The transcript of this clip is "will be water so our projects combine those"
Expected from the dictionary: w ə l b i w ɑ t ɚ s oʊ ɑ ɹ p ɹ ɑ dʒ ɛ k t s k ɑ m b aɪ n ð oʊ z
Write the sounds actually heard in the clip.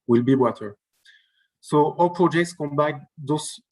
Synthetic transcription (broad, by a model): w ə l b i w ɑ t ɚ s oʊ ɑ l p ɹ ɑ dʒ ɛ k t s k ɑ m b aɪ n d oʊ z